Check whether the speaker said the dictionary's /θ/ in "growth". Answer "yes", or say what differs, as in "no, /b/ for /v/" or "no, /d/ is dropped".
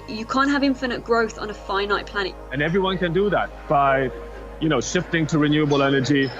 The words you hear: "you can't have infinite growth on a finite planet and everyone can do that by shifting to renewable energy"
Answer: yes